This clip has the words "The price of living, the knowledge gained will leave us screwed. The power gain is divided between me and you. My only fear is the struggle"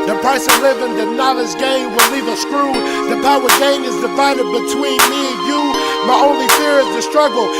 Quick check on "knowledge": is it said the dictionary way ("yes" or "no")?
no